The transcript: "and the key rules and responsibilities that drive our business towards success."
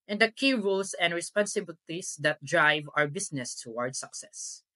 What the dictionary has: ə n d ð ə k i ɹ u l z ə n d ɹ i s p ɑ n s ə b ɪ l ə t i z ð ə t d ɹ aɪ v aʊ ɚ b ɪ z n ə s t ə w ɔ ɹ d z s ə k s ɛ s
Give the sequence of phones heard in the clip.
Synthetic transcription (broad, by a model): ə n d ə k i ɹ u l s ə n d ɹ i s p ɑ n s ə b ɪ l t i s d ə t d ɹ aɪ v aʊ ɚ b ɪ s n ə s t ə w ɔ ɹ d s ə k s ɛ s